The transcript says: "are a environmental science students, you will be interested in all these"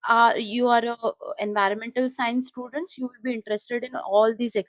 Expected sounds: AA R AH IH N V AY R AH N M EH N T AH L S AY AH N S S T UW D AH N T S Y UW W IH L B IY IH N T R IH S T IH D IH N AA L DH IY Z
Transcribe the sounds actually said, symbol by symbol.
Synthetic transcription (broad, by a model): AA R AH IH N V AY R AH N M EH N T AH L S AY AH N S S T UW D AH N T S Y UW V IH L B IY IH N T R IH S T IH D IH N AA L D IY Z